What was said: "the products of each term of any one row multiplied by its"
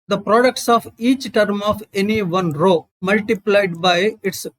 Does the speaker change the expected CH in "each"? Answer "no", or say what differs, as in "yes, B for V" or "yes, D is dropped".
no